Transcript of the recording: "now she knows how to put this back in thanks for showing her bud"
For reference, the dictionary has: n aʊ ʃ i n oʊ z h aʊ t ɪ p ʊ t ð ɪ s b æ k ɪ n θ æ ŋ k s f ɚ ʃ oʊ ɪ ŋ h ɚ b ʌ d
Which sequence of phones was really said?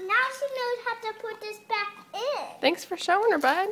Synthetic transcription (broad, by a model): n aʊ ʃ i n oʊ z h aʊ t ɪ p ʊ t ð ɪ s b æ k ɪ n θ æ ŋ k s f ɚ ʃ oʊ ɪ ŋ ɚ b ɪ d